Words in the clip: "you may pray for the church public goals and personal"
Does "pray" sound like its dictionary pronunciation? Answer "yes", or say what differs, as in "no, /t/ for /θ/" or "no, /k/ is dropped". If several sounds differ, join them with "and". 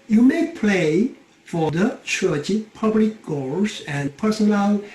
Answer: no, /l/ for /ɹ/